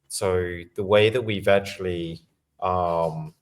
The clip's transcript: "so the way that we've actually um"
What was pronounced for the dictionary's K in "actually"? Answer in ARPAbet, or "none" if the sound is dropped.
none